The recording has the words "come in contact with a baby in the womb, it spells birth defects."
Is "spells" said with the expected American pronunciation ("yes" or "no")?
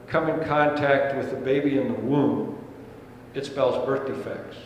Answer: yes